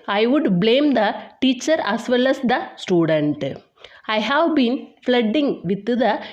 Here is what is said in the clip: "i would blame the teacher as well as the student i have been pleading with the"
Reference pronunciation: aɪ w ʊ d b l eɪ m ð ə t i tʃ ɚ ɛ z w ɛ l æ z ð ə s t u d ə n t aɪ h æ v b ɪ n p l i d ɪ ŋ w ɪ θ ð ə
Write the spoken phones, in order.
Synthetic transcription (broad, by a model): aɪ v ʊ d b l eɪ m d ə t i tʃ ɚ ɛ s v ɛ l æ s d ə s t u d ə n t aɪ h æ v b ɪ n f l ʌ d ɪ ŋ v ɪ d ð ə